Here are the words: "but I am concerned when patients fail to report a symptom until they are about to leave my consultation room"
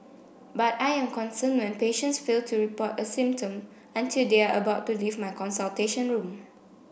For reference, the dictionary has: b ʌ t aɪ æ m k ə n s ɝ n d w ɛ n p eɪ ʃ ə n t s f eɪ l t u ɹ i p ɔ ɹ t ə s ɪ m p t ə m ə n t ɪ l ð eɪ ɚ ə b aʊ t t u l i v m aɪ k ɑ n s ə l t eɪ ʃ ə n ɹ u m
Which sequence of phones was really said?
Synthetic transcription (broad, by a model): b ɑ t aɪ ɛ m k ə n s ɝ n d w ɛ n p eɪ ʃ ə n t s f eɪ l t u ɹ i p ɔ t ə s ɪ m p t ə m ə n t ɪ l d eɪ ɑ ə b aʊ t t u l i v m aɪ k ɑ n s ə l t eɪ ʃ ə n ɹ u m